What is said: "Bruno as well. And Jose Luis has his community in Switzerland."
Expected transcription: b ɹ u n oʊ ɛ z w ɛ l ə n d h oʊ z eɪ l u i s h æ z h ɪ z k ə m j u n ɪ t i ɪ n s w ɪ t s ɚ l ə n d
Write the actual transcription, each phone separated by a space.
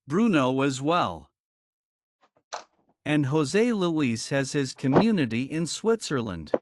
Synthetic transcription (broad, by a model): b ɹ u n oʊ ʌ z w ɛ l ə n h oʊ z eɪ l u i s h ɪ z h ɪ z k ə m j u n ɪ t i ɪ n s w ɪ t s ɚ l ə n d